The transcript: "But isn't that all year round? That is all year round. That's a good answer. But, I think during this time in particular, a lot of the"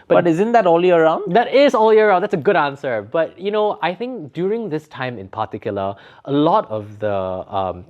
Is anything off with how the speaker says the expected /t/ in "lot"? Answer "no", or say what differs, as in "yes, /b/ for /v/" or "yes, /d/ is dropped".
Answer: no